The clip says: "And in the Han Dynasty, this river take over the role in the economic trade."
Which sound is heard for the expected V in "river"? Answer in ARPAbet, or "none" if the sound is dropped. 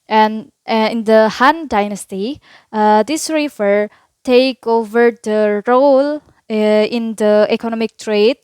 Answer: F